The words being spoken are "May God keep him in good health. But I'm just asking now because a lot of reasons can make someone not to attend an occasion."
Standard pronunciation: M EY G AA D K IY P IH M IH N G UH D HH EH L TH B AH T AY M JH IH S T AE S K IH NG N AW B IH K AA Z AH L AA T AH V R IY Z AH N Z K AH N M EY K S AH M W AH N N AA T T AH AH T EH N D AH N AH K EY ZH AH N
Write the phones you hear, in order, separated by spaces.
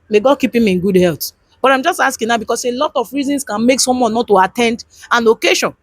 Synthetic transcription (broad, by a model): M EY G AA D K IY P IH M IH N G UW D HH EH L T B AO T AY M JH IH S T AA S K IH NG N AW B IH K AA S AH L AA T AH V R IY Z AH N S K AH N M EY K S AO M W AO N N AA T T AH AH T EH N D AH N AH K EY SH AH N